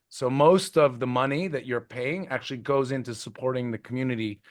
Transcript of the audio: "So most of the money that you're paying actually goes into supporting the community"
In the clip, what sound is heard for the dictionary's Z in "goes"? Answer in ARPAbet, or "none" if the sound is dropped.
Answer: Z